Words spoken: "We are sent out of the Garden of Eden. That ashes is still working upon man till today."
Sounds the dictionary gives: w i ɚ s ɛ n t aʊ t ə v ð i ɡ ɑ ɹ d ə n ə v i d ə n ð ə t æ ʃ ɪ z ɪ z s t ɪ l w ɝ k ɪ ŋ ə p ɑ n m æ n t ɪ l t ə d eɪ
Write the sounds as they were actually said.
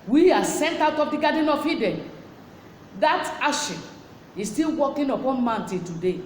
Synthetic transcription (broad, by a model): w i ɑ s ɛ n t aʊ t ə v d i ɡ ɑ d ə n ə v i d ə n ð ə t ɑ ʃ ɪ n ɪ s t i l w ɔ k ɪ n ə p ɑ n m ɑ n t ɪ t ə d eɪ